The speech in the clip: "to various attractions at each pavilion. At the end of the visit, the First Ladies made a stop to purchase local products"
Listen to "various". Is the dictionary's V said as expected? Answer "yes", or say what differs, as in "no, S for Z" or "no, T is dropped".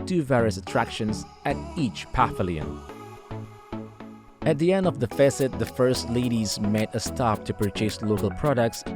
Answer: yes